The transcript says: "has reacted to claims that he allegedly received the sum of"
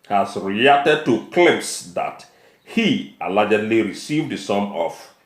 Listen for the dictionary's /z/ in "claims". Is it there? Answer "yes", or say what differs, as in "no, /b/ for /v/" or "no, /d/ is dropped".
no, /s/ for /z/